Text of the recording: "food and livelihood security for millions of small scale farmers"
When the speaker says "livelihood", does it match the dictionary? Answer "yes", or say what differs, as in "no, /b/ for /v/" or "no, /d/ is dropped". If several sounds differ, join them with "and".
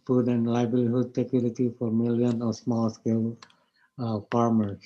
no, /b/ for /v/